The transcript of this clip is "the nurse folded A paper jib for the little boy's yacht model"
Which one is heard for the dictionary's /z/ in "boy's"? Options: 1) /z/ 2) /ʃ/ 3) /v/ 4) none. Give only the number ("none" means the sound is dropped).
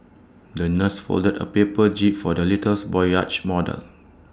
4